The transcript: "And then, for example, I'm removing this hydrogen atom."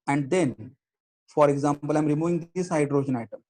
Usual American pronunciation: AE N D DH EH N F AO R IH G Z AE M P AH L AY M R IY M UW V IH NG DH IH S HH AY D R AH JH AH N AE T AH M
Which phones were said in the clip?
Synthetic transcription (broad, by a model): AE N D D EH N F AO R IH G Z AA M P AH L AY M R IY M UW V IH NG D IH S AY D R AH SH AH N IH T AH M